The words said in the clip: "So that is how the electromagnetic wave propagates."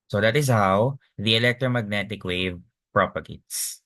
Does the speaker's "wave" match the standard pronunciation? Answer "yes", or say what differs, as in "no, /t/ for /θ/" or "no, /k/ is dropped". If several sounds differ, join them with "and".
yes